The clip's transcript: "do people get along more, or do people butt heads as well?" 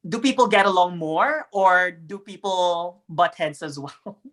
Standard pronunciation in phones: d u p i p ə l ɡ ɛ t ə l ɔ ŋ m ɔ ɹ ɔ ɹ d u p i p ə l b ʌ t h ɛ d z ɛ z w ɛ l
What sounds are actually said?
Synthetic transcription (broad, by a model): d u p i p ə l ɡ ɛ t ə l ɔ ŋ m ɔ ɹ ɔ ɹ d u p i p ə l b ʌ t h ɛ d s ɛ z w ɛ l